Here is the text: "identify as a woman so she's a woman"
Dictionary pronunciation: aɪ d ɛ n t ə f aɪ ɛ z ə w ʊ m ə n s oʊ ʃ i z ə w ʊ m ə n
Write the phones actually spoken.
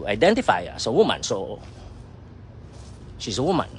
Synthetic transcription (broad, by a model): aɪ d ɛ n t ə f aɪ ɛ s ə w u m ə n s oʊ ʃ i s ə w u m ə n